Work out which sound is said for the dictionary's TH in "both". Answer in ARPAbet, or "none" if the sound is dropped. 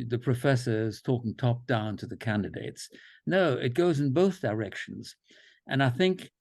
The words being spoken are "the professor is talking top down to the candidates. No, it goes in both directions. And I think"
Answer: TH